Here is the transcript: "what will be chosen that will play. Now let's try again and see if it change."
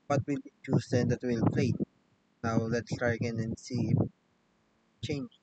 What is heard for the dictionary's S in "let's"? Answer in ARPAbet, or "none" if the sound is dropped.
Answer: S